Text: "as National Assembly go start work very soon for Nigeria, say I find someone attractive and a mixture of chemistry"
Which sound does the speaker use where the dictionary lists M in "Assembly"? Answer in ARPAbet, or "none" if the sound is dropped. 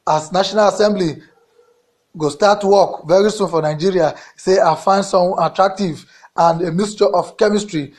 M